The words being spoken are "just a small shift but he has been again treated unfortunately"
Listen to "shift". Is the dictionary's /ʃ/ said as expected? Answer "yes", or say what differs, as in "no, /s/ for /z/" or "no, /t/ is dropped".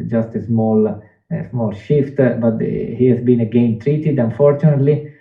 yes